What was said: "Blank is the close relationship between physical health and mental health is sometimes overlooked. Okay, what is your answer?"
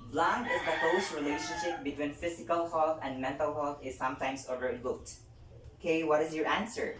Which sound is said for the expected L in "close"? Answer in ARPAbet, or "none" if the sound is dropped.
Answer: none